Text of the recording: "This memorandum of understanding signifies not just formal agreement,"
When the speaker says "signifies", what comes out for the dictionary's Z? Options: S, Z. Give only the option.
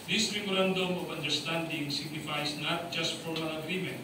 S